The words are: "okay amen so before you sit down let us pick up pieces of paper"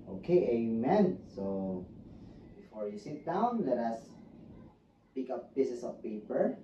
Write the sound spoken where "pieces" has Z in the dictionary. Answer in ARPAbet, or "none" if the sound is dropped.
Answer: S